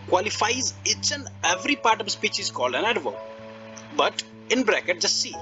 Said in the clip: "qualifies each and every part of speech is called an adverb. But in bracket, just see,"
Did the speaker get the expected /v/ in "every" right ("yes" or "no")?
yes